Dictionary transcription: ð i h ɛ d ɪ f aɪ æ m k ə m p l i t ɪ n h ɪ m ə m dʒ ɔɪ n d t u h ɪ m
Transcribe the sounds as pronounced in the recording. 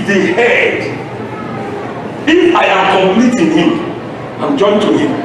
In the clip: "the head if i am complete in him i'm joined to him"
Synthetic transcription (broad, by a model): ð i h ɛ d ɪ f aɪ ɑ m k ə m p l i t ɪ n h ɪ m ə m dʒ ɔɪ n t u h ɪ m